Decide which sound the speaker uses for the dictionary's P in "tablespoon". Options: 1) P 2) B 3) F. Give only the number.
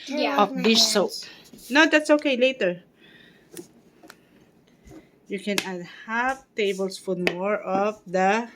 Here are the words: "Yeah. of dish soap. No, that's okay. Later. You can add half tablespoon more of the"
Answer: 3